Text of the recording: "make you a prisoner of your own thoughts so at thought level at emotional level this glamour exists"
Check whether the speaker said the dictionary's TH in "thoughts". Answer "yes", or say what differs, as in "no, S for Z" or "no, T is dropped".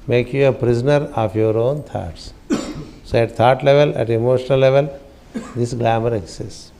no, T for TH